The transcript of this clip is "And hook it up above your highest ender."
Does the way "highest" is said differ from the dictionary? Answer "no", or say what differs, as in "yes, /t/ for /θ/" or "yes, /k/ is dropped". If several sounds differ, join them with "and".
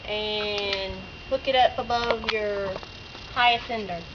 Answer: yes, /t/ is dropped